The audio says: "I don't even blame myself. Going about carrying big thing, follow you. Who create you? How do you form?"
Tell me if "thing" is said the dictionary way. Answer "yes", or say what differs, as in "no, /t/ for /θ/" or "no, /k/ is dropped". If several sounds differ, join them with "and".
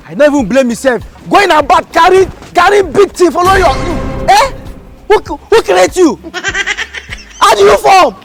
no, /t/ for /θ/